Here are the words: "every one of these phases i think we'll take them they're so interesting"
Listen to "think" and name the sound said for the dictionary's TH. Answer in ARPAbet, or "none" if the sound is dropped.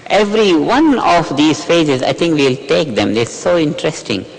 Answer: T